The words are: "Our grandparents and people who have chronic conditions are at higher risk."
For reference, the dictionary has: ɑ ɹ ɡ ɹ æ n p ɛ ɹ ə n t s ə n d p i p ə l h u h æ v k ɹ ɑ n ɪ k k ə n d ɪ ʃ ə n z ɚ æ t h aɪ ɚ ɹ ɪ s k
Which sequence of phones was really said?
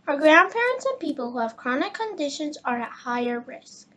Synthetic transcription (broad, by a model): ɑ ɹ ɡ ɹ æ n p ɛ ɹ ə n t s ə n p i p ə l h u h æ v k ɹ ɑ n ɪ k k ə n d ɪ ʃ ə n z ɚ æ t h aɪ ɚ ɹ ɪ s k